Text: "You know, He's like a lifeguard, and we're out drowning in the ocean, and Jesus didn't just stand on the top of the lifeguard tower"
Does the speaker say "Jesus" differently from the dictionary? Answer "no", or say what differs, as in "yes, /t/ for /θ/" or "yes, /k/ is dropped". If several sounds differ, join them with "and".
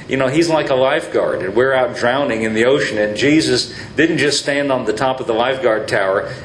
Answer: no